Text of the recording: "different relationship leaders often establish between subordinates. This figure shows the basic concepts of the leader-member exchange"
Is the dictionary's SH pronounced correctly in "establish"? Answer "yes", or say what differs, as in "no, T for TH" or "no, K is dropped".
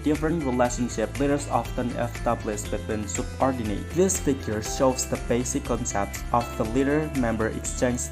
no, S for SH